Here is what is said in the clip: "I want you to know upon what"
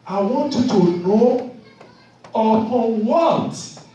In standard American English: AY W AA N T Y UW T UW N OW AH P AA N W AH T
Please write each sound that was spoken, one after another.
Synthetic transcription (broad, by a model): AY W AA N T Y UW T UW N OW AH AA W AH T